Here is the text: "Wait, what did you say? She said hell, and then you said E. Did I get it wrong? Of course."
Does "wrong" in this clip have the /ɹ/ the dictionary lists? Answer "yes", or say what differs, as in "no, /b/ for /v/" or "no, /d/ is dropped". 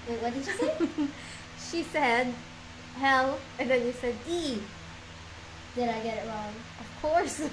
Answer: no, /l/ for /ɹ/